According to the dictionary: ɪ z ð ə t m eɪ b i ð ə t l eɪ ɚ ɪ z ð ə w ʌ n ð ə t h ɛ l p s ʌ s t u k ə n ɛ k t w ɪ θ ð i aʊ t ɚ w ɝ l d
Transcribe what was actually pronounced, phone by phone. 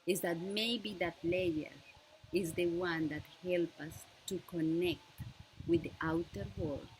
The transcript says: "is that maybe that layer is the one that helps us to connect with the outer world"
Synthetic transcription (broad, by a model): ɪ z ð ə t m eɪ b i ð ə t l eɪ ɚ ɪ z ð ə w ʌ n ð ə t h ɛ l p ʌ s t u k ə n ɛ k t w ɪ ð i aʊ t ɚ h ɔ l